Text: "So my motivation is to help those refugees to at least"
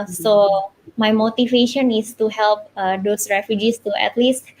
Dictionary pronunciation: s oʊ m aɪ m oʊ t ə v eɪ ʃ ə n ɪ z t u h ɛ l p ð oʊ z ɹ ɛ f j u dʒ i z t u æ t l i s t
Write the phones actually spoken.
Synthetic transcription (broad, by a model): s oʊ m aɪ m oʊ t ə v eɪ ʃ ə n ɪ s t u h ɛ l p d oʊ s ɹ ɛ f j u dʒ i s t u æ t l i s t